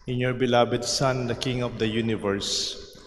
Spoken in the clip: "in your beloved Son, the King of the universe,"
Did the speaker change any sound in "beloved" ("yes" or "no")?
yes